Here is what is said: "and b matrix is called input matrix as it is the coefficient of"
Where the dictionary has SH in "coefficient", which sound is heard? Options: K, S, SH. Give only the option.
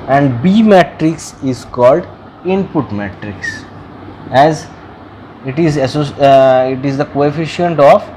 SH